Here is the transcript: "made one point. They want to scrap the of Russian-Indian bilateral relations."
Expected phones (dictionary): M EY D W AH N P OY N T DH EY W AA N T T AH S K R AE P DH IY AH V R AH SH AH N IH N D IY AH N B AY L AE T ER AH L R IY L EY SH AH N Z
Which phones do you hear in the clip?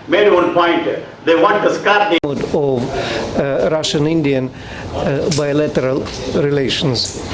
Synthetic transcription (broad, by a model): M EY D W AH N P OY N T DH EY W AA N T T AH S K AA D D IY AH V R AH SH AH N IH N D IY AH N B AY L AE T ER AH L R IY L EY SH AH N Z